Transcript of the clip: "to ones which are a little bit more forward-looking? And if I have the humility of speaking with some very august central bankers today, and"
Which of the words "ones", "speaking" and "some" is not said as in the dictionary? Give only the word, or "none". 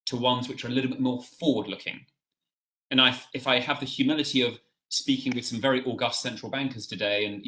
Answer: none